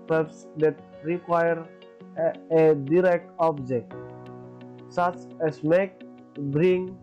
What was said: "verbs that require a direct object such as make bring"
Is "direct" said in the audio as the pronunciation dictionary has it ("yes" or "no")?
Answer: yes